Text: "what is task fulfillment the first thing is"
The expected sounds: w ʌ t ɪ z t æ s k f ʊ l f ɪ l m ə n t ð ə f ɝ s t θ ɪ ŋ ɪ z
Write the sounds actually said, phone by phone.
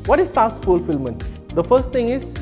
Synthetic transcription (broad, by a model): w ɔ t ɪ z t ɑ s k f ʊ l f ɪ l m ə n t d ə f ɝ s t t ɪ ŋ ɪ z